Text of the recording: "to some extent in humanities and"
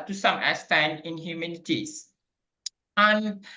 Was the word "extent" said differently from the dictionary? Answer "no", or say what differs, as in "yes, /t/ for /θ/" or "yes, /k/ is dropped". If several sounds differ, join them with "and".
yes, /k/ is dropped